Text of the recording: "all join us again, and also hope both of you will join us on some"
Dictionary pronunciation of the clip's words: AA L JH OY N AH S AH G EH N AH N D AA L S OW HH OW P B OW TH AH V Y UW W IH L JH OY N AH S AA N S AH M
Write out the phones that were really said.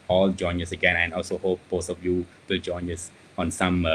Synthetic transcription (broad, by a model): AA L JH OY N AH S AH G EH N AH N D AA L S OW HH OW P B OW T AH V Y UW W IH L JH OY N AH S AA N S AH M